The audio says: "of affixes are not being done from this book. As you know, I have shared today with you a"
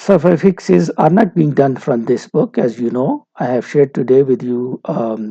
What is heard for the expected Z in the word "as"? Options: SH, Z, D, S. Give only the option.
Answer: Z